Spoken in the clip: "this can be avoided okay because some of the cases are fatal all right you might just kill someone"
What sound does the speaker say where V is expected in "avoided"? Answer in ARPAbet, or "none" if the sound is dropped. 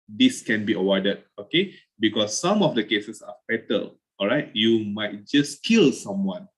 W